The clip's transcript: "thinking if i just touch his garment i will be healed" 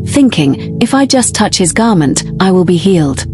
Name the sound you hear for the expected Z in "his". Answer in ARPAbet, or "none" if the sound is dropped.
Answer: Z